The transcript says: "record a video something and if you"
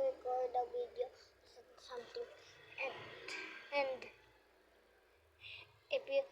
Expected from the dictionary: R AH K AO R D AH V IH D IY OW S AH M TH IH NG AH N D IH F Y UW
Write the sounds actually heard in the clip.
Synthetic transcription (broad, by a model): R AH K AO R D AH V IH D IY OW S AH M T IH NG AH N D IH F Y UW